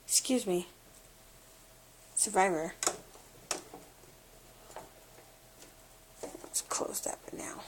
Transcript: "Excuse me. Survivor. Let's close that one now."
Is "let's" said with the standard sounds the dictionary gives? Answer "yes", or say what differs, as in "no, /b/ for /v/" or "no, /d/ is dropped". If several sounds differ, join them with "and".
no, /w/ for /l/